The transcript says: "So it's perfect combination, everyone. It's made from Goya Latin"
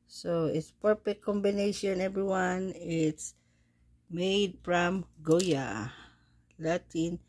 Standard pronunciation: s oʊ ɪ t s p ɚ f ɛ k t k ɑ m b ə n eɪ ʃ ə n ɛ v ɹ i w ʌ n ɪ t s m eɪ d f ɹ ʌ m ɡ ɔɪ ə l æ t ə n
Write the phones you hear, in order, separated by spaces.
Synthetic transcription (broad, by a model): s oʊ ɪ t s p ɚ p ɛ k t k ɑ m b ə n eɪ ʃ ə n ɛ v ɹ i w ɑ n ɪ t s m eɪ d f ɹ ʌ m ɡ ɔɪ ə l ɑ t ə n